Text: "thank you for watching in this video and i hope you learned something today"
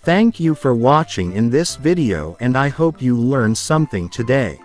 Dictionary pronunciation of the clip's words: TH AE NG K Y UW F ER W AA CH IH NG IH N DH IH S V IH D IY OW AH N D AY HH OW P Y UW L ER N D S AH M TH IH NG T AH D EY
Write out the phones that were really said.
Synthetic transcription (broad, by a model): TH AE NG K Y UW F ER W AA CH IH NG IH N DH IH S V IH D IY OW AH N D AY HH OW P Y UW L ER N S AH M TH IH NG T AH D EY